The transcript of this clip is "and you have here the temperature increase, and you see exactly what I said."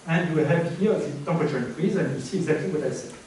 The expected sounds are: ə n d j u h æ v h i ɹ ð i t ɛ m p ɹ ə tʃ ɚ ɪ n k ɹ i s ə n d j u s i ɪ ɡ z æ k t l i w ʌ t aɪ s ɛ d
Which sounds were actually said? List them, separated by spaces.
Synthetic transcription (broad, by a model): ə n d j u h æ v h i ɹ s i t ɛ p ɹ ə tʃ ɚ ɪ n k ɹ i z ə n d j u s i ɪ ɡ z æ k t l i w ʌ t aɪ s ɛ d